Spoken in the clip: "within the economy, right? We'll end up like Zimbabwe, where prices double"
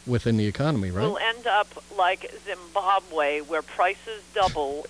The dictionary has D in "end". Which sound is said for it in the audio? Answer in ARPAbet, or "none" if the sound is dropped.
D